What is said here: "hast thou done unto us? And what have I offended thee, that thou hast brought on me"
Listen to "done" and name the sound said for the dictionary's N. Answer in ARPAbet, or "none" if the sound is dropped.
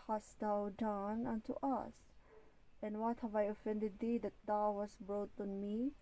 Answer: N